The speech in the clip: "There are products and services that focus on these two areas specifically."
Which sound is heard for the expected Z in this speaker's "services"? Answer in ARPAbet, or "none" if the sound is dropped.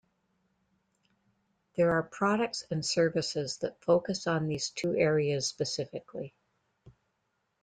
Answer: Z